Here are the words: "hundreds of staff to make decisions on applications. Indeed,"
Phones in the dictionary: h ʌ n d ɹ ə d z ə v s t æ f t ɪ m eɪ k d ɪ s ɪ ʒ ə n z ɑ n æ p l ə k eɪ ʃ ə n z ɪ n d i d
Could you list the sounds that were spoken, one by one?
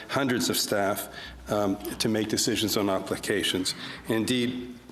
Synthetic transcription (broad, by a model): h ʌ n d ɹ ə d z ə v s t æ f t ɪ m eɪ k d ɪ s ɪ ʒ ə n z n æ p l ə k eɪ ʃ ə n z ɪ n d i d